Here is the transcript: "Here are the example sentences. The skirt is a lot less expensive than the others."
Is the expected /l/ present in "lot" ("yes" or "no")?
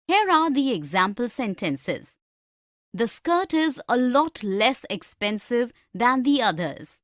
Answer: yes